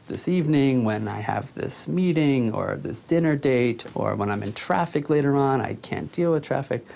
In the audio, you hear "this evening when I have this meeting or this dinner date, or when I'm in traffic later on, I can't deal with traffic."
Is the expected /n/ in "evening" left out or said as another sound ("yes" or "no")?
no